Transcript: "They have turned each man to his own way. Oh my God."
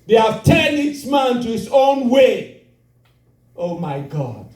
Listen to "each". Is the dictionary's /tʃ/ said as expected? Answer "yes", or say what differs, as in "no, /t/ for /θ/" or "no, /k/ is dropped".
no, /s/ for /tʃ/